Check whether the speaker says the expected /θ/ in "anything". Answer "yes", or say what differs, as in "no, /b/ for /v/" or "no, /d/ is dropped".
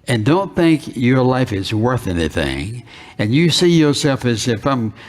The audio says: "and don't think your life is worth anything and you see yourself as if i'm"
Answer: yes